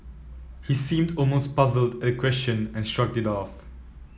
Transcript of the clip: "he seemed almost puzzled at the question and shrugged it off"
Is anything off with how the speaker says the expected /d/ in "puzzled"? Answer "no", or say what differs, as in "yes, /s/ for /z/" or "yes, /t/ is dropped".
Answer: no